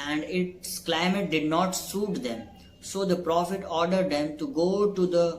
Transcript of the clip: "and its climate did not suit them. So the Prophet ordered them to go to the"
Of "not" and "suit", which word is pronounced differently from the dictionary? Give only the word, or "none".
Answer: none